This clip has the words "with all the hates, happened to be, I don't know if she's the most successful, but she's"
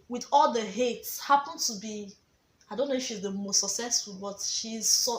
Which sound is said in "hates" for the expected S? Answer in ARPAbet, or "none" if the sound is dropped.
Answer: S